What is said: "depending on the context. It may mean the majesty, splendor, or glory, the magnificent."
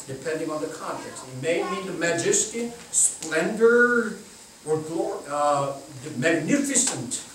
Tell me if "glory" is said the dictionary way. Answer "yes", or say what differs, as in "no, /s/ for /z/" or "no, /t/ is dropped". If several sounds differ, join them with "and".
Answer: no, /l/ is dropped